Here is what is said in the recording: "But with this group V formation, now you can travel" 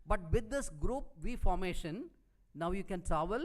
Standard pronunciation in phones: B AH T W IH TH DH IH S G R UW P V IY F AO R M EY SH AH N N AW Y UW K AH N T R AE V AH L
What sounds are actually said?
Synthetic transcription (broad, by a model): B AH T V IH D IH S G R UW P V IY F AO R M EY SH AH N N AW Y UW K AH N T R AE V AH L